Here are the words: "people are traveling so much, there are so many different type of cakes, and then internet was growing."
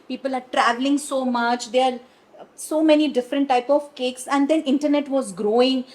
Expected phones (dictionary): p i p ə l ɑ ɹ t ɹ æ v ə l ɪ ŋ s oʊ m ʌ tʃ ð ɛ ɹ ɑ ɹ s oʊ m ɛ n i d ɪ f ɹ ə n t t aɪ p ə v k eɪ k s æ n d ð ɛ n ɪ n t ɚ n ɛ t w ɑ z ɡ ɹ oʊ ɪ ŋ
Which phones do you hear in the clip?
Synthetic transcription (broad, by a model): p i p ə l ɑ ɹ t ɹ æ v ə l ɪ ŋ s oʊ m ʌ tʃ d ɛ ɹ ɑ ɹ s oʊ m ɛ n i d ɪ f ɹ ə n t t aɪ p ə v k eɪ k s æ n d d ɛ n ɪ n t ɚ n ɛ t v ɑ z ɡ ɹ oʊ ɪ ŋ